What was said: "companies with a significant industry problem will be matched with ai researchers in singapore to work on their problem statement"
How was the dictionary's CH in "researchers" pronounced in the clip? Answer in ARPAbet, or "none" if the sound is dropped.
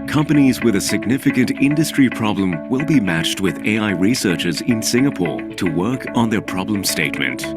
CH